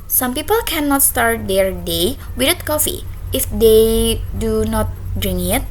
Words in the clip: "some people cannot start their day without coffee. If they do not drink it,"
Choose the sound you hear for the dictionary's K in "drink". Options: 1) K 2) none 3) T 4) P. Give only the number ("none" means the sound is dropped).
2